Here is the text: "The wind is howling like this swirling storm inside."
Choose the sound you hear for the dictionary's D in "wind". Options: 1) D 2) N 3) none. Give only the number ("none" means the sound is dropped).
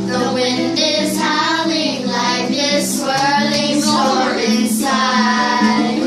1